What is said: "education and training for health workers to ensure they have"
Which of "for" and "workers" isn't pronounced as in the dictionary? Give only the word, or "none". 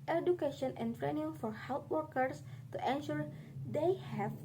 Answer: workers